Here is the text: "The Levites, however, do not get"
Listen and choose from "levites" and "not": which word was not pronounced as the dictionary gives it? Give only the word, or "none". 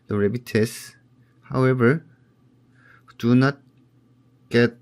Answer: levites